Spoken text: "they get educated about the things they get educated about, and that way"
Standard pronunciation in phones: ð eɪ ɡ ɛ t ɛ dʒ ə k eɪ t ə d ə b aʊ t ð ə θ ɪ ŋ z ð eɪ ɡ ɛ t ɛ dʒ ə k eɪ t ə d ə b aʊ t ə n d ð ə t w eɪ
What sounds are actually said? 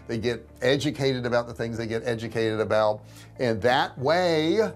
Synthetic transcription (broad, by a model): ð eɪ ɡ ɛ t ɛ dʒ ə k eɪ t ə d ə b aʊ t ð ə θ ɪ ŋ z ð eɪ ɡ ɛ t ɛ dʒ ə k eɪ t ə d ə b aʊ t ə n ð ə t w eɪ